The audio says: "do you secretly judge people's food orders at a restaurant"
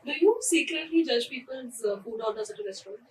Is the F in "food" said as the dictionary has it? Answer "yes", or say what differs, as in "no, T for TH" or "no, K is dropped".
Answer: no, P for F